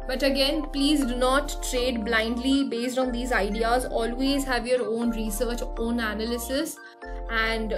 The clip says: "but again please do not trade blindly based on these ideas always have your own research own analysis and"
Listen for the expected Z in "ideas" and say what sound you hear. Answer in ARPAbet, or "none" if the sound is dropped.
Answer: Z